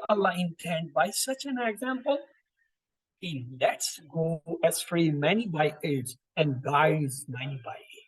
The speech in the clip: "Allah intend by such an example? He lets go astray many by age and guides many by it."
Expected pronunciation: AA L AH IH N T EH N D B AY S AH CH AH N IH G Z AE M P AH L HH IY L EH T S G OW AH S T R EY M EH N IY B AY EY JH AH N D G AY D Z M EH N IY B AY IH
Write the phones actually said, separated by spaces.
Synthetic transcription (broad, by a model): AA L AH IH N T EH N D B AY S AH CH AH N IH G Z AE M P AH L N L EH T S G OW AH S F R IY M EH N IY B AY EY Z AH N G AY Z M EH N IY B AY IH